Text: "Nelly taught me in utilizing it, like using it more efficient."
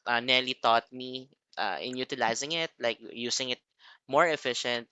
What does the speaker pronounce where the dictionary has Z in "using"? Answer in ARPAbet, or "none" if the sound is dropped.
S